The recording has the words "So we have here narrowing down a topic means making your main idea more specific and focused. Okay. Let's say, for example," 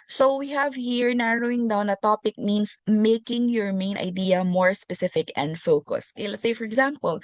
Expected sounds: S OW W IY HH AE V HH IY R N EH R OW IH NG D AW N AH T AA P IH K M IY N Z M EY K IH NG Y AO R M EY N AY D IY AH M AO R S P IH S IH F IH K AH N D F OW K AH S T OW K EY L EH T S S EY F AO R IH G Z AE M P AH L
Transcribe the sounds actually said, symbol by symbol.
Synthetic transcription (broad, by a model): S OW W IY HH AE V HH IY R N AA R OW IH NG D AW N AH T AA P IH K M IY N S M EY K IH NG Y AO R M EY N AY D IY AH M AO R S P IH S IH F IH K AH N D F OW K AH S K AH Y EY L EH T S S EY F AO R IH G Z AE M P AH L